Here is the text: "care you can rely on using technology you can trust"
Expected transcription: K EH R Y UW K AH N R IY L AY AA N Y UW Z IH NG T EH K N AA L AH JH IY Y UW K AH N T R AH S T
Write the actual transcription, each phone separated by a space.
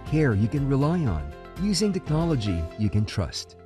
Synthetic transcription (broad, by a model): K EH R Y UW K AH N R IY L AY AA N Y UW Z IH NG T EH K N AA L AH JH IY Y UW K AH N T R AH S T